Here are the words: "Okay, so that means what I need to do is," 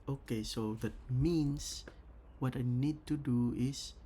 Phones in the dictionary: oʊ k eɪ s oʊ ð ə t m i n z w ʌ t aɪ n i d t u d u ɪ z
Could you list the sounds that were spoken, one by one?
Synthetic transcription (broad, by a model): oʊ k eɪ s oʊ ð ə t m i n s w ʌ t aɪ n i d t u d u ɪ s